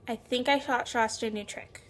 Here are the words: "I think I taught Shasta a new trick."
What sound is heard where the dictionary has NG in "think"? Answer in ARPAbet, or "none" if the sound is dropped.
NG